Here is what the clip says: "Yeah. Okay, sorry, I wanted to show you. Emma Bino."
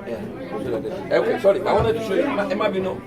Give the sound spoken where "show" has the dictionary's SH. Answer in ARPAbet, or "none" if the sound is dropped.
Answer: S